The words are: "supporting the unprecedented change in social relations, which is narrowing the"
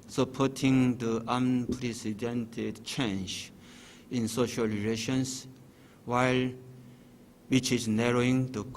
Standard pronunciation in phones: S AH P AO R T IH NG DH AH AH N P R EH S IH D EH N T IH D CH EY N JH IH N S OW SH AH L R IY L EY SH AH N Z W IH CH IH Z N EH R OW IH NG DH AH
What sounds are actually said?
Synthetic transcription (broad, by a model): S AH P AO T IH NG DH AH AH N P R EH S IH D EH N T IH D CH EY N JH IH N S OW SH AH L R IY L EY SH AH N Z W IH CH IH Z N EH R OW IH NG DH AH